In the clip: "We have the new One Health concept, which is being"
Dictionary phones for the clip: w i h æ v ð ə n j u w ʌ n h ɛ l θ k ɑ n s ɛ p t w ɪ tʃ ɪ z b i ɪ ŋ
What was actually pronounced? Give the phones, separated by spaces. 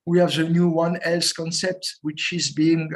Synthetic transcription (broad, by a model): w i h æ v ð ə n j u w ʌ n ɛ l s k ɑ n s ɛ p t w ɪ tʃ ɪ z b i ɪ ŋ